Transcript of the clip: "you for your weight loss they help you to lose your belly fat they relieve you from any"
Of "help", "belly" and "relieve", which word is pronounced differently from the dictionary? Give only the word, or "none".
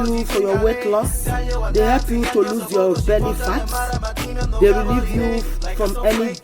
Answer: belly